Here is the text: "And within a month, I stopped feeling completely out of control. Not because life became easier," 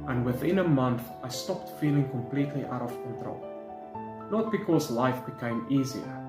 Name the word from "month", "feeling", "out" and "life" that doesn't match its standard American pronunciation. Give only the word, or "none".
none